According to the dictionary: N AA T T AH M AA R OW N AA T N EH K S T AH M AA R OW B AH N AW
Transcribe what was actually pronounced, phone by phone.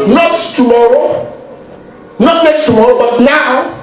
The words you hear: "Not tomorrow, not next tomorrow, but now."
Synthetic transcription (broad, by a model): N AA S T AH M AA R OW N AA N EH S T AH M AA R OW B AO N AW